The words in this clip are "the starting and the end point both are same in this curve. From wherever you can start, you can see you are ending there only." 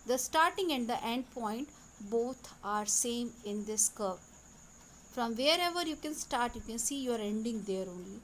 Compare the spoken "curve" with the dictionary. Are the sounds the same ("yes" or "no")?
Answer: no